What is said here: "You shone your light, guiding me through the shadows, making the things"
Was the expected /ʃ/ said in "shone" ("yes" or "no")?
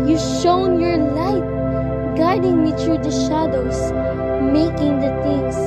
yes